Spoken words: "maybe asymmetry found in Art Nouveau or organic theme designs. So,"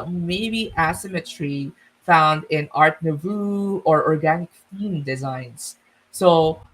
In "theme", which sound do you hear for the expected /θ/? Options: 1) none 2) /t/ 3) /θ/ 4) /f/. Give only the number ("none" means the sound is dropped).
4